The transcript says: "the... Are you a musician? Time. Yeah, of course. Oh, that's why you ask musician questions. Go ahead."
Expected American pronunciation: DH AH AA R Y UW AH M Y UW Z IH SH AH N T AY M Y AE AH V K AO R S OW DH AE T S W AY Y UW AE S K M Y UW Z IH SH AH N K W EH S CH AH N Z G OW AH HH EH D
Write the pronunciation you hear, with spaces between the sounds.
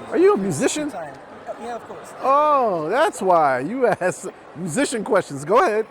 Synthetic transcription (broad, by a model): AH R Y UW AH M Y UW Z IH SH AH N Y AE AH V K AO R S OW DH AE T S W AY Y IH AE S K M Y UW Z IH SH AH N K W EH S CH AH N Z G OW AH HH EH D